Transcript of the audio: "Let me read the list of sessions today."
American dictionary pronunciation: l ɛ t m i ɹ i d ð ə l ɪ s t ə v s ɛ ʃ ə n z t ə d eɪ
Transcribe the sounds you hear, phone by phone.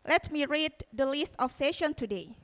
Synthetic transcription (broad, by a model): l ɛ t m i ɹ i d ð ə l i s t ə f s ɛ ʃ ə n t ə d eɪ